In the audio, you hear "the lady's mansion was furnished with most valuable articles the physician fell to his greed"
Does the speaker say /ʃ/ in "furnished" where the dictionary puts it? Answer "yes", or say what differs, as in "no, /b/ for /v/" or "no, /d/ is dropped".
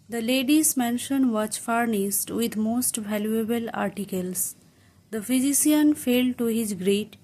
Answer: no, /s/ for /ʃ/